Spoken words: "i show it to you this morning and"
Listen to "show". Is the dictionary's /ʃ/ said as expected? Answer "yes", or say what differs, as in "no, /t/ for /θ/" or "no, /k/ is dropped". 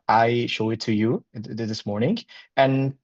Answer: yes